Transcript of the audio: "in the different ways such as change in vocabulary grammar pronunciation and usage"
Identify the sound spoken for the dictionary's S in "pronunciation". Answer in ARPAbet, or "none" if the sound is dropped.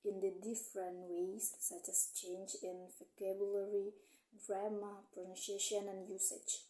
SH